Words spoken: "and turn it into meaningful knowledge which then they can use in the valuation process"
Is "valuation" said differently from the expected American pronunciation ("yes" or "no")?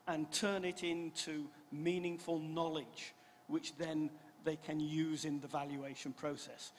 no